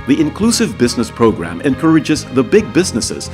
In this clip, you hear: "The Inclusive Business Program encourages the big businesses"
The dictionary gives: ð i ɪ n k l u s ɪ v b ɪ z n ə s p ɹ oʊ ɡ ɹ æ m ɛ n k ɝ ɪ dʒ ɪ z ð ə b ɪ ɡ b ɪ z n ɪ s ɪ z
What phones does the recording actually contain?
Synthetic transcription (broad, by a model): ð i ɪ n k l u s ɪ v b ɪ z n ə s p ɹ oʊ ɡ ɹ æ m ɛ n k ɝ ɪ dʒ ɪ z ð ə b ɪ ɡ b ɪ z n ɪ s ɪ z